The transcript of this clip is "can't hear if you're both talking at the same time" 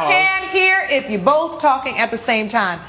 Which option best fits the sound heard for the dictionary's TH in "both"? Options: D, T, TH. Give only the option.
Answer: TH